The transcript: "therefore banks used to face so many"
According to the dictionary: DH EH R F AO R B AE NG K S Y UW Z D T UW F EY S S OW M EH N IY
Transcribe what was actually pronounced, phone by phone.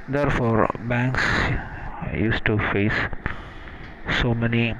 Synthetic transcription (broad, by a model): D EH R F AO R B AE NG K S Y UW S T UW F EY S S OW M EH N IY